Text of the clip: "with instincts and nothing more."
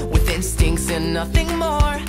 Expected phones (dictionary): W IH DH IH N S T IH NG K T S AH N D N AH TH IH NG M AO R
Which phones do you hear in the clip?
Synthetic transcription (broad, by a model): W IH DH IH N S T IH NG K T S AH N N AH TH IH NG M AO R